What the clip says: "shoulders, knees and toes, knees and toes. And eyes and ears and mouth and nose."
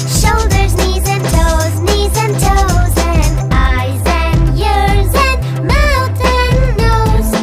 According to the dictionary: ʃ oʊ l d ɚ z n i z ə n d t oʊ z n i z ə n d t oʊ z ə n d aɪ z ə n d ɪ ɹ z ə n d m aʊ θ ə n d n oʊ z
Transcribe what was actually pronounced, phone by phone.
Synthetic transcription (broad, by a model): ʃ oʊ l d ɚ z n i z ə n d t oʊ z n i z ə n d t oʊ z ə n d aɪ z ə n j ɪ ɹ z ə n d m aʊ t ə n n oʊ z